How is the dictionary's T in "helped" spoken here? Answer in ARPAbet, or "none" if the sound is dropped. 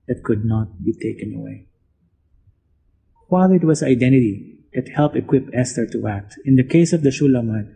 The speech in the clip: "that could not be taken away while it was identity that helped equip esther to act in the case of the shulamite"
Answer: none